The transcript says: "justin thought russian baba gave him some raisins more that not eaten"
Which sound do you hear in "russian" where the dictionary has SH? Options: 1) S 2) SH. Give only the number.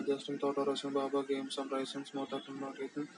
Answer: 1